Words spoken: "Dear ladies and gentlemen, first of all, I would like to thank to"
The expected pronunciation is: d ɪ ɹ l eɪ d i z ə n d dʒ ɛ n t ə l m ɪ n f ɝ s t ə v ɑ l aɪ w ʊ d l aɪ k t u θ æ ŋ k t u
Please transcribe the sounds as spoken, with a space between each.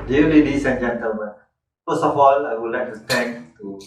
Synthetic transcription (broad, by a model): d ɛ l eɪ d i s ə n dʒ ɛ n t ə l m ɪ n f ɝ s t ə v ɑ l aɪ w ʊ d l aɪ k t u t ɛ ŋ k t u